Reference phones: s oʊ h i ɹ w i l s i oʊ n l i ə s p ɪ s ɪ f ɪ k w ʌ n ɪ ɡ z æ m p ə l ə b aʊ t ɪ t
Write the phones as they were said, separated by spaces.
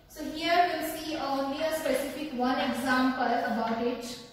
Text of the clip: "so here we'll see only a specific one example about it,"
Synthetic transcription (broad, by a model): s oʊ h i ɹ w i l s i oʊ l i ə s p ɪ s ɪ f ɪ k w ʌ n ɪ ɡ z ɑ m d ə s ə b aʊ t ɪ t